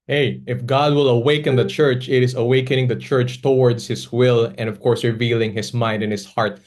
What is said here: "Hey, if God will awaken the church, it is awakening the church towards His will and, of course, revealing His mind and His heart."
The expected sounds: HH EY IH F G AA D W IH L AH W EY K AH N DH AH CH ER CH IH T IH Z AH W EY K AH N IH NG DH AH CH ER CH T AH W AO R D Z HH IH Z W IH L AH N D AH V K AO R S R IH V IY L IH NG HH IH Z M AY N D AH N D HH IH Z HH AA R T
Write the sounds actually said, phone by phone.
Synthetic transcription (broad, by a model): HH EY IH F G AA D W IH L AH W EY K AH N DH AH CH ER CH IH T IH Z AH W EY K AH N IH NG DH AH CH ER CH T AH W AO R D S HH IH S W IH L AH N D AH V K AO R S R IH V IY L IH NG HH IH S M AY N D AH N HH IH S HH AA R T